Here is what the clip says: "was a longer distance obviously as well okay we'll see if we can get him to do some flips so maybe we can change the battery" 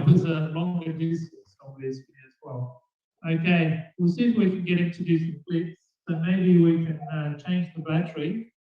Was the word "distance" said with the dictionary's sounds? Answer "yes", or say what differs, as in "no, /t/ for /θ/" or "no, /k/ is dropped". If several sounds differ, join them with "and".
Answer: no, /n/ is dropped